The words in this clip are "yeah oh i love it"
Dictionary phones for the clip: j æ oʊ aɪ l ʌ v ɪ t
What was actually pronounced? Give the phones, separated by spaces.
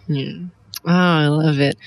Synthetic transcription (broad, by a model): oʊ aɪ l ʌ v ɪ t